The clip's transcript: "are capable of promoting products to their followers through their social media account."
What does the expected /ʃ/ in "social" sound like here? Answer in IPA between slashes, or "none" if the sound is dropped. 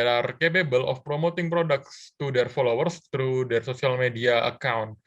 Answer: /s/